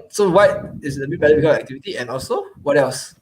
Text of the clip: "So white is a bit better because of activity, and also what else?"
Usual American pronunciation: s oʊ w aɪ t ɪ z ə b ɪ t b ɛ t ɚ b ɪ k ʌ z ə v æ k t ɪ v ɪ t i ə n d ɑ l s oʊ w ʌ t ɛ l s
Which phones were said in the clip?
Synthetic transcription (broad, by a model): s oʊ w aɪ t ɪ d ə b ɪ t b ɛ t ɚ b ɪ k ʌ ə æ k t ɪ v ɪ t i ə n ɑ l s oʊ w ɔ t ɛ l s